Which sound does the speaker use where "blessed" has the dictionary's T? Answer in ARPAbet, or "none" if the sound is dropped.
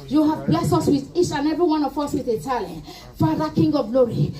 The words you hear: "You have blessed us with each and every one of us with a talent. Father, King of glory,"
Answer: none